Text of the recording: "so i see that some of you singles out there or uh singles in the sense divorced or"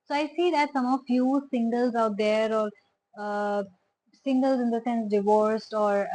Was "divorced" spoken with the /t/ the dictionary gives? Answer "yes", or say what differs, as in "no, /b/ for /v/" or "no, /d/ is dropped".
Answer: yes